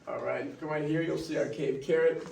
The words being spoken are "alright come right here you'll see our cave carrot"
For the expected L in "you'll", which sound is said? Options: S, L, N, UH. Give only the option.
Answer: L